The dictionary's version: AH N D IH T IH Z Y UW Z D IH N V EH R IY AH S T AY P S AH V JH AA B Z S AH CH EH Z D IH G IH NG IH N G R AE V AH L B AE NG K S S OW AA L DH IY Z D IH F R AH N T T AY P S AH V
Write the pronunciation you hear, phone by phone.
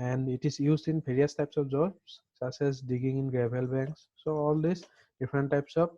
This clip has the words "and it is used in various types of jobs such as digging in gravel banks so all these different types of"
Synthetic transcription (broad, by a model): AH N D IH T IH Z Y UW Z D IH N B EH R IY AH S T AY P S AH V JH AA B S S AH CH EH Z D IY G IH NG IH N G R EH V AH L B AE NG K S S OW AA L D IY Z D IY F R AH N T T AY P S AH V